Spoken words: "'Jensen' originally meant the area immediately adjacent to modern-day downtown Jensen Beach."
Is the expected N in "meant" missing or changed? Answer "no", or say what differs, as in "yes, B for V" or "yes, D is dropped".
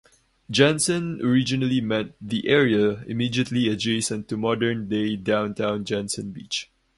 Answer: yes, N is dropped